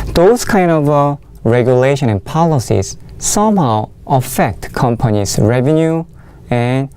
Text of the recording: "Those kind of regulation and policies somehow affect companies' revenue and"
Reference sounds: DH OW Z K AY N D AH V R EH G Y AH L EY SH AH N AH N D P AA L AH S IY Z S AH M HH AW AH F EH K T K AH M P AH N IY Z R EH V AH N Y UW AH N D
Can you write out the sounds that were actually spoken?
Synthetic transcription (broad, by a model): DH OW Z K AY N D AH V R EH G Y AH L EY SH AH N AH N P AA L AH S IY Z S AH M HH AW AH F EH K T K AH M P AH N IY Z R EH V AH N Y UW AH N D